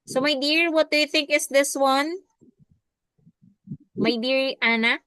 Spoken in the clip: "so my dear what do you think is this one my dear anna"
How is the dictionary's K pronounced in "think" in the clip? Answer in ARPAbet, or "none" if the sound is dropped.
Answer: K